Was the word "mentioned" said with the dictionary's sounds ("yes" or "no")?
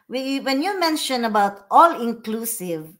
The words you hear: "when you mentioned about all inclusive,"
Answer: no